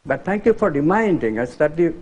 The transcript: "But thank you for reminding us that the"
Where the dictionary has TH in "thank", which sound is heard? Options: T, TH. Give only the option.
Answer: T